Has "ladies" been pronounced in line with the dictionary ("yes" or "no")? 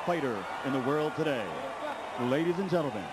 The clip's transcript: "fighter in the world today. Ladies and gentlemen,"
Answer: yes